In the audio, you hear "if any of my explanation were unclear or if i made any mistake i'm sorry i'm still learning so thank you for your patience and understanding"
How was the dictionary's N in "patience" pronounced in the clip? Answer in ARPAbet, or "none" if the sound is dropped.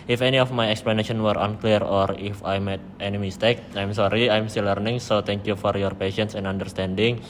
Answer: N